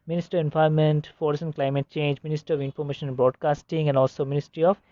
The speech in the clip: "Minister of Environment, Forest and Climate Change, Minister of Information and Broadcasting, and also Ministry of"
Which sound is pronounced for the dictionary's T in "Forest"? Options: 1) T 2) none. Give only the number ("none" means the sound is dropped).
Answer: 2